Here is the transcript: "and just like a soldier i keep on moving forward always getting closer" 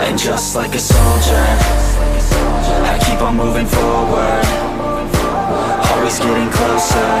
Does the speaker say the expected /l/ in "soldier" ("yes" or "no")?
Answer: yes